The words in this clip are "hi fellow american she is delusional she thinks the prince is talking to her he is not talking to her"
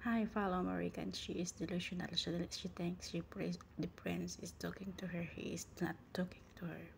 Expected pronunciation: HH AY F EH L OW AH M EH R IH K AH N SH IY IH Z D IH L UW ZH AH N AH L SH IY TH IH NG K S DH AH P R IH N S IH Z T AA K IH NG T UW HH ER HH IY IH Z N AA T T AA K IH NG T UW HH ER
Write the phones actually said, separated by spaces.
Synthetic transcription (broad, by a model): HH AY F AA L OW M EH R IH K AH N SH IY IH S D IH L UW SH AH N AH L SH IY T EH NG K S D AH P R IH N S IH S T AA K IH NG T UW HH ER HH IY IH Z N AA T T AA K IH NG T UW HH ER